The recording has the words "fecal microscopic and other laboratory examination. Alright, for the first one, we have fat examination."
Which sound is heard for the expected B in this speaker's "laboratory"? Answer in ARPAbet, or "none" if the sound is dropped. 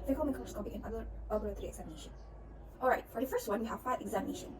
none